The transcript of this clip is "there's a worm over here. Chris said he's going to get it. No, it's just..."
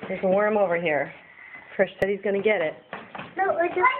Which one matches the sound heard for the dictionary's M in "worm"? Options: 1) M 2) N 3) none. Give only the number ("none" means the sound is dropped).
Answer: 1